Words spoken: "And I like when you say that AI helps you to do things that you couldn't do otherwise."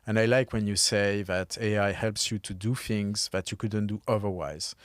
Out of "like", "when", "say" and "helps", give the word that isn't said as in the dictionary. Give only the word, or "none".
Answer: none